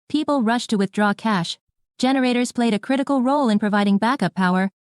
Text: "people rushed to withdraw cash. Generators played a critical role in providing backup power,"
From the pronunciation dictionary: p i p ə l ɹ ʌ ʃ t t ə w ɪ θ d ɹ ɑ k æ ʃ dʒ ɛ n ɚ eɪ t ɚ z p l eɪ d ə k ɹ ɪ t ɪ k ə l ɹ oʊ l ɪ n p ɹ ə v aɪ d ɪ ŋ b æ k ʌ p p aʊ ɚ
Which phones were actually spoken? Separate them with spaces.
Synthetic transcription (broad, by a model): p i p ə l ɹ ʌ ʃ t t ə w ɪ θ d ɹ ɑ k æ ʃ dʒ ɛ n ɚ eɪ t ɚ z p l eɪ d ə k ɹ ɪ t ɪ k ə l ɹ oʊ l ɪ n p ɹ ə v aɪ d ɪ ŋ b æ k ʌ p p aʊ ɚ